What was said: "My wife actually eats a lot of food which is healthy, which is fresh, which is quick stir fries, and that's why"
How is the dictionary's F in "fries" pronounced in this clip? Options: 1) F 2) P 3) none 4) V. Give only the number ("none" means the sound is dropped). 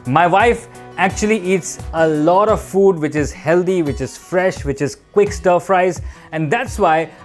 1